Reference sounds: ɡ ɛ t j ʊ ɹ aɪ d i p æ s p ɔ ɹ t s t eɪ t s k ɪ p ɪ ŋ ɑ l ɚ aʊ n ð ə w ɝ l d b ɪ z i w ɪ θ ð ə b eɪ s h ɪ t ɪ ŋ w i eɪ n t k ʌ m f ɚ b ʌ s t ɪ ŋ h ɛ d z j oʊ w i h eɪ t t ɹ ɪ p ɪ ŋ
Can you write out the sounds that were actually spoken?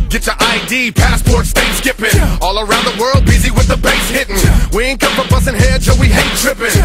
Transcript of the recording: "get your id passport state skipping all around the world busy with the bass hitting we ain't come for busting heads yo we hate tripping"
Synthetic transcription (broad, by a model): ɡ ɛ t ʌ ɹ aɪ d i p æ s p ɔ ɹ t s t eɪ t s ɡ ɪ p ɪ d ɑ l ɚ aʊ n ð ə w ɝ l d b ɪ z i w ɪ ð ə b eɪ s h ɪ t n w i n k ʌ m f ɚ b ʌ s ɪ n h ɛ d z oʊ w i h eɪ t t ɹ ɪ p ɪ